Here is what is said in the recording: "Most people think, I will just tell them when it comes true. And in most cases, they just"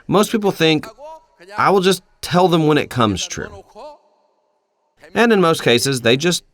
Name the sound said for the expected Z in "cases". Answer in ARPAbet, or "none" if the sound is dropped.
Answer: Z